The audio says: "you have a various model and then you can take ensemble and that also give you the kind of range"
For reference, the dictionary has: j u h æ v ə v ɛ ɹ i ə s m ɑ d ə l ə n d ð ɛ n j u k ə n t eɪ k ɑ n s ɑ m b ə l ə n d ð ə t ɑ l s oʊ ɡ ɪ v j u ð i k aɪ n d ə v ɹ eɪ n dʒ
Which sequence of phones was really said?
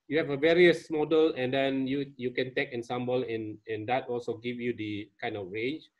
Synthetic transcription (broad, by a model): j u h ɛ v ə v ɛ ɹ i ə s m ɑ d ə l ə n d ɛ n j u k ə n t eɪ k ɑ n s ɑ m b ə l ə n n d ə t ɑ l s oʊ ɡ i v j u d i k aɪ n d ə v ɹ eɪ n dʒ